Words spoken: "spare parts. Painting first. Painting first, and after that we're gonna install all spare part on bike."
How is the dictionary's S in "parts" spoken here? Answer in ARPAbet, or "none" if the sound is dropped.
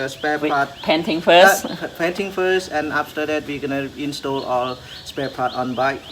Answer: none